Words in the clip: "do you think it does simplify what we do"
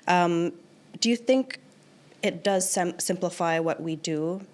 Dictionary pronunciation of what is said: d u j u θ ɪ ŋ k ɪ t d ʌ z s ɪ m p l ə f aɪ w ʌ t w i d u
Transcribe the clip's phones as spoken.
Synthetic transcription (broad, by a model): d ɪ j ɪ θ ɪ ŋ k ɪ t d ʌ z s ɪ m p l ə f aɪ w ʌ t w i d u